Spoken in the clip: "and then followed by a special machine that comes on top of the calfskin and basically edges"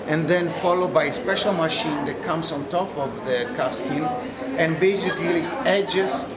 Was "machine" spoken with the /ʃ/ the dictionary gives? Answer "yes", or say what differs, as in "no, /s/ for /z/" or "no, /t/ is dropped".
yes